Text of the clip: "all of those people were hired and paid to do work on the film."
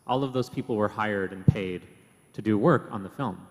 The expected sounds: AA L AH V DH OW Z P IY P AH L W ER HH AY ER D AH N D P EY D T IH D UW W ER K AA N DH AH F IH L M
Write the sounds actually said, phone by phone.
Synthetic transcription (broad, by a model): AA L AH V DH OW Z P IY P L W ER HH AY ER D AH N P EY D T IH D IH W ER K N DH AH F IH L M